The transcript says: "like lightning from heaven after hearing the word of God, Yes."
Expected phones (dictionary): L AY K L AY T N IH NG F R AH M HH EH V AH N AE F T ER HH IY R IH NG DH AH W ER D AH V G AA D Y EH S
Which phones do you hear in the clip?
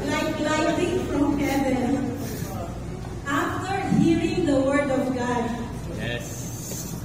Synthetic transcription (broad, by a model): L AY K L AY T IH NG F R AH M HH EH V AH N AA F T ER HH IY R IH NG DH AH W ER D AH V G AA D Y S